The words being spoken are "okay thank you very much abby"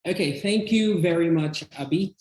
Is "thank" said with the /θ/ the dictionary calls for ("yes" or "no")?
yes